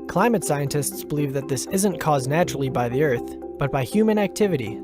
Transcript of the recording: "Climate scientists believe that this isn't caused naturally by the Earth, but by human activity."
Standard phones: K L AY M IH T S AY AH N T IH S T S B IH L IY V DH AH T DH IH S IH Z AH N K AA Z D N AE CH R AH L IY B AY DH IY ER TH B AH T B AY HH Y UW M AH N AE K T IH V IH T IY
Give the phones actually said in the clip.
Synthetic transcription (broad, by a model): K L AY M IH T S AY AH N T IH S T S B IH L IY V DH AH T DH IH S IH Z AH N K AA Z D N AE CH R L IY B AY DH IY ER TH B AH T B AY HH Y UW M AH N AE K T IH V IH T IY